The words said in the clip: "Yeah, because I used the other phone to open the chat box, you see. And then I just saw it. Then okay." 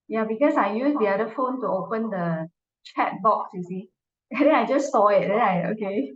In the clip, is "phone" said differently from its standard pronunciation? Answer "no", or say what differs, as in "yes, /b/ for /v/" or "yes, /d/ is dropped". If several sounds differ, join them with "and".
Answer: no